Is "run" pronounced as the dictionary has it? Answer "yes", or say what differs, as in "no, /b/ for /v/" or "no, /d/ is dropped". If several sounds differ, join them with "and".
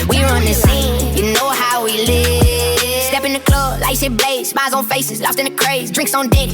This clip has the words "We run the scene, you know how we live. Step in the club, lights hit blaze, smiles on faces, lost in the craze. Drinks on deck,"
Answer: yes